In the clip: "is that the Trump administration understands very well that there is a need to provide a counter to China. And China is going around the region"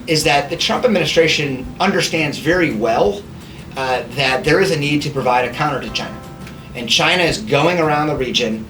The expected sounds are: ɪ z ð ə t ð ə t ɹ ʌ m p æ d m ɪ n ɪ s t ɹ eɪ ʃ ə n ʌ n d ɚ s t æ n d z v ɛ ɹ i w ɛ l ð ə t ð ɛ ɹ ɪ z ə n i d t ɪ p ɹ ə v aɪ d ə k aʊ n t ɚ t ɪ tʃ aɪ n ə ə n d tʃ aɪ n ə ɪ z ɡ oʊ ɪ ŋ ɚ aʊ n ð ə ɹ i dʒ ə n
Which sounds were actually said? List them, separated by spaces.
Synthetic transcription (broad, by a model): ɪ z ð ə t ð ə t ɹ ʌ m p æ d m ɪ n ɪ s t ɹ eɪ ʃ ə n ʌ n d ɚ s t æ n d z v ɛ ɹ i w ɛ l ð ə t ð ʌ ɹ ɪ z ə n i d t ɪ p ɹ ə v aɪ d ə k aʊ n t ɚ t ɪ tʃ aɪ n ə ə n tʃ aɪ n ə ɪ z ɡ oʊ ɪ ŋ ɚ aʊ n ð ə ɹ i dʒ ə n